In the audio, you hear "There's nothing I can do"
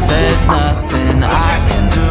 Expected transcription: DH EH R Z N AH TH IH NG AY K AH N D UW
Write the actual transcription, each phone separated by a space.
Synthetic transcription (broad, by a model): DH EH R Z N AH TH IH NG AY K AH N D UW